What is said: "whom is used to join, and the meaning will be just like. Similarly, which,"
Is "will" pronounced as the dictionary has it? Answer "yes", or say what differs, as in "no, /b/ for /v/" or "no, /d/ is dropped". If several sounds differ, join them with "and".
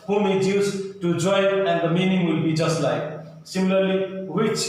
yes